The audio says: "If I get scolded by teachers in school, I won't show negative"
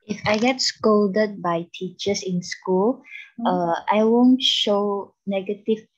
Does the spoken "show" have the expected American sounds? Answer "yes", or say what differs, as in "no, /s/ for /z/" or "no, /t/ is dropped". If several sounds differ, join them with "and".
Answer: yes